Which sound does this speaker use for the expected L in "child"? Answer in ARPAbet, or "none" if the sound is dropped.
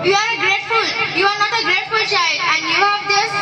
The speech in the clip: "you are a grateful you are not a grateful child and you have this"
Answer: none